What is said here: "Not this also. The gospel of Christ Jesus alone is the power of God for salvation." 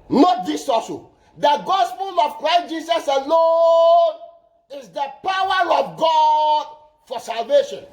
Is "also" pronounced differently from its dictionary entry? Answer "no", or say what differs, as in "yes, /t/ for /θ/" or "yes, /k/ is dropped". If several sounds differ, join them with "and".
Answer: yes, /l/ is dropped